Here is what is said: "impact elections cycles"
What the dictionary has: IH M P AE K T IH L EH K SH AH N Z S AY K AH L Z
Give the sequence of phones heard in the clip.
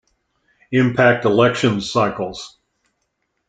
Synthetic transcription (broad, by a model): IH M P AE K T IH L EH K SH AH N Z S AY K L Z